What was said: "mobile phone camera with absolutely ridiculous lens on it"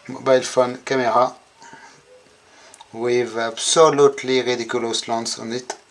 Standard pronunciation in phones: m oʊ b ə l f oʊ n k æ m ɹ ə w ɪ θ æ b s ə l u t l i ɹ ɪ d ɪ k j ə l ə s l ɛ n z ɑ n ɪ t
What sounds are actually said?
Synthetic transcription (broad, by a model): m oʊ b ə l f oʊ n k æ m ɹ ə w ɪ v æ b s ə l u t l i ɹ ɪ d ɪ k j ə l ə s l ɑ n s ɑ n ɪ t